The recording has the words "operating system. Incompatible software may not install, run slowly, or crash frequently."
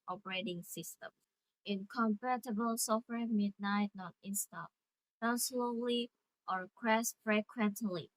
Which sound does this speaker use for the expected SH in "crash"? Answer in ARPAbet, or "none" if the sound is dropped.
S